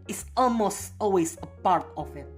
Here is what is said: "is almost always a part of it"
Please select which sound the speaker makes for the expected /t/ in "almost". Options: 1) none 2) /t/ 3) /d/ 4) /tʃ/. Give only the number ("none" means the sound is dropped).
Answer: 2